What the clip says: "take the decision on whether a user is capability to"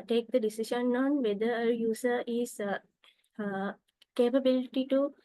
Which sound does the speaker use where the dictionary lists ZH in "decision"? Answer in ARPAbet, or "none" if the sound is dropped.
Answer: SH